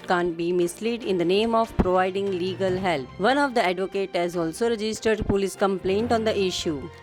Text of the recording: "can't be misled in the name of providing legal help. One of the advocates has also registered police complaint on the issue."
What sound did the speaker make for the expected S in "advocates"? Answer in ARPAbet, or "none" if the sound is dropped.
none